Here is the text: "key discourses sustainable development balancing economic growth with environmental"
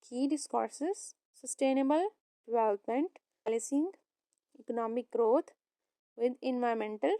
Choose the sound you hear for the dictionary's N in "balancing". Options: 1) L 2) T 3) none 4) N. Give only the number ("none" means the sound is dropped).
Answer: 3